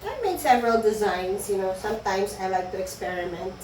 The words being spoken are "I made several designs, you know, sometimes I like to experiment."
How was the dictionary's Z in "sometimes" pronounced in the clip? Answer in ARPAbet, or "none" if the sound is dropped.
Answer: S